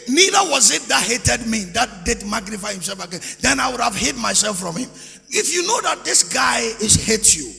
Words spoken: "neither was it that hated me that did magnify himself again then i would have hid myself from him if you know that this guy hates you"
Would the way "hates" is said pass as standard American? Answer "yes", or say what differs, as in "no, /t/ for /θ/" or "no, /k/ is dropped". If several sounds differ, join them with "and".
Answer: no, /s/ is dropped